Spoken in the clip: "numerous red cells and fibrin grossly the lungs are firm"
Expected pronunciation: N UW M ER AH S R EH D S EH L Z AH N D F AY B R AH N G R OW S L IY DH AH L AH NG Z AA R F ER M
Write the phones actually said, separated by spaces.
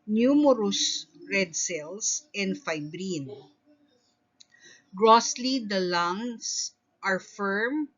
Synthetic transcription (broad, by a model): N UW M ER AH S R EH D S EH L S AH N D F AY B R AH N G R OW S L IY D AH L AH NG S AA R F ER M